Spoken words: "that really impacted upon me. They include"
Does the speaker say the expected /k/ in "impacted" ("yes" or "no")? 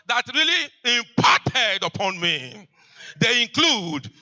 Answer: no